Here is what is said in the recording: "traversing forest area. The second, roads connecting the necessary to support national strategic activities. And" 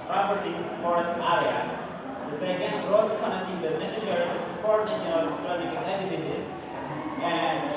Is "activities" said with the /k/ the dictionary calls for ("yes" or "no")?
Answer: no